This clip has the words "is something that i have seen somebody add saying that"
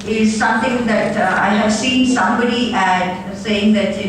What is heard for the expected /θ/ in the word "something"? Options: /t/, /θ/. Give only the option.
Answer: /t/